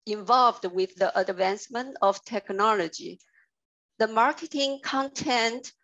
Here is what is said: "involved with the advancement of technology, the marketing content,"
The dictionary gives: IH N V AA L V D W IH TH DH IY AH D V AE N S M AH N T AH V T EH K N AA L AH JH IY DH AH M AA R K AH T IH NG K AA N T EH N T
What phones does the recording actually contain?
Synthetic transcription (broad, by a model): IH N V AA L V D W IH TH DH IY AH D V AE N S M AH N T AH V T EH K N AA L AH JH IY DH AH M AA R K AH T IH NG K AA N T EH N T